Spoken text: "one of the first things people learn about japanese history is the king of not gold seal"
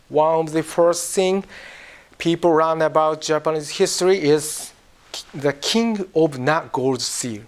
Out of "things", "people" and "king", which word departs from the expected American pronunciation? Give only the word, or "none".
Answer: things